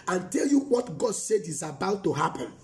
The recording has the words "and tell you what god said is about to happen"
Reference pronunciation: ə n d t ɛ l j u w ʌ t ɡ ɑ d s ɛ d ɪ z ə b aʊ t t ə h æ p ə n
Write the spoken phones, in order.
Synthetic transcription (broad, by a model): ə n t ɛ l j u w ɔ t ɡ ɑ d s ɛ d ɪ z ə b aʊ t t ə h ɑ p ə n